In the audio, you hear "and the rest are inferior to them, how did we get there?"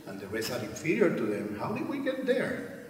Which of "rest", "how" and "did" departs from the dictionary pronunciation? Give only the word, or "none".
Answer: rest